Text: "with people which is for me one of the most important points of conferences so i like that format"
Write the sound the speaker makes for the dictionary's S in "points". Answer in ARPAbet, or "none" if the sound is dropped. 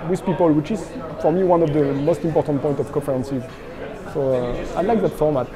none